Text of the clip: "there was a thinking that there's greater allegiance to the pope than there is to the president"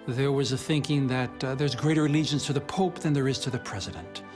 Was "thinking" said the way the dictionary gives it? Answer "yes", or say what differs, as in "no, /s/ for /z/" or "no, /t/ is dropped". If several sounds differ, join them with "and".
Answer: yes